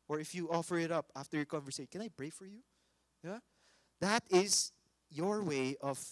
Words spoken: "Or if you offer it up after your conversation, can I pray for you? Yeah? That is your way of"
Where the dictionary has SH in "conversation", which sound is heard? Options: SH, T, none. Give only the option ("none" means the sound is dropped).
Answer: none